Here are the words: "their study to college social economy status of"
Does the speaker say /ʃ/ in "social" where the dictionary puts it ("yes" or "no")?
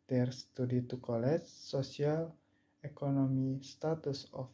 no